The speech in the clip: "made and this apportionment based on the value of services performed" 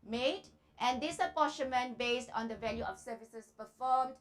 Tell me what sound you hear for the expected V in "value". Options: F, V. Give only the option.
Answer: V